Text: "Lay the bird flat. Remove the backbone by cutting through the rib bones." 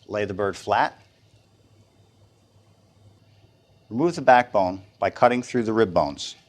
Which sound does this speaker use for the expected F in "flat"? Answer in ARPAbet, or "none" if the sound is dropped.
F